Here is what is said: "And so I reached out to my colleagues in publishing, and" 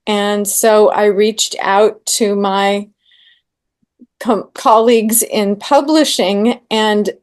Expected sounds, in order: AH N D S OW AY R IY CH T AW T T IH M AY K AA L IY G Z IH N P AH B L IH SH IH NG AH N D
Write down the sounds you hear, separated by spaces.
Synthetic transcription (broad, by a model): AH N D S OW AY R IY CH T AW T T IH M AY K AA L IY G Z IH N P AH B L IH SH IH NG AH N